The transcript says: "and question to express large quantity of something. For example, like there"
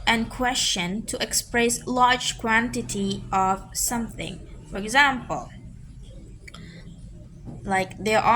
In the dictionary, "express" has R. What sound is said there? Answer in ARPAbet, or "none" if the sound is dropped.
R